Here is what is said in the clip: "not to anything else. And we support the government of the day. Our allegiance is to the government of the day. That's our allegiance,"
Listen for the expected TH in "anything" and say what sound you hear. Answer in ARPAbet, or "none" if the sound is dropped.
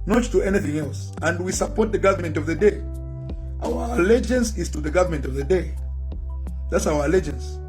TH